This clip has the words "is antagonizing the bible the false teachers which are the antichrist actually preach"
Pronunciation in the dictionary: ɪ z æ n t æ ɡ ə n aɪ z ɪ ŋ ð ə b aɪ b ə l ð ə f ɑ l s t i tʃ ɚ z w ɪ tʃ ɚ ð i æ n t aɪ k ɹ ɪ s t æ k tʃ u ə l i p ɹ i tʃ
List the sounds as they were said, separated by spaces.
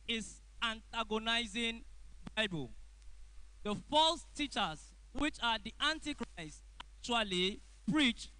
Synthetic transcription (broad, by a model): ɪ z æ n t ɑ ɡ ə n aɪ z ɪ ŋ b aɪ b ə l ð ə f ɑ l s t i tʃ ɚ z w ɪ tʃ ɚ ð i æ n t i k ɹ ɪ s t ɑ k tʃ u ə l i p ɹ i tʃ